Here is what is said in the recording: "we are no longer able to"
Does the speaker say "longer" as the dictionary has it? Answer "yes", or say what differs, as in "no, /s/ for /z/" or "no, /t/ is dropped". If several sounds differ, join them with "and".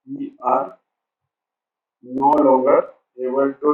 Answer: no, /ŋ/ is dropped